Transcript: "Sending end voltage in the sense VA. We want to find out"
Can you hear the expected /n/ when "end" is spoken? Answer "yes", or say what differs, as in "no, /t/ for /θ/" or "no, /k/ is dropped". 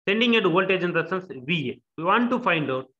no, /n/ is dropped